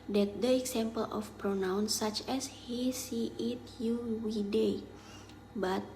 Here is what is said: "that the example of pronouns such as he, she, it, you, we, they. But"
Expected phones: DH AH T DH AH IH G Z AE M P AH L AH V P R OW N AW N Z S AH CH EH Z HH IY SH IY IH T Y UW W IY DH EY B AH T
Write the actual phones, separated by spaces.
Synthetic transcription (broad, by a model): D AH T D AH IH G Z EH M P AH L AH F P R OW N AW N S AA CH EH S HH IY S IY IH T Y UW W IY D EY B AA T